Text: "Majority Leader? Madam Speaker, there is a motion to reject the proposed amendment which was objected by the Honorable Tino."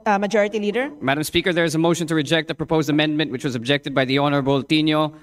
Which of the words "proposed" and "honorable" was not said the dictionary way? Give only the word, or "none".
none